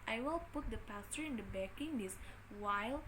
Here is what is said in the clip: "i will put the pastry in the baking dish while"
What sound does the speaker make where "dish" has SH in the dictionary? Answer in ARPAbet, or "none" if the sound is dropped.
S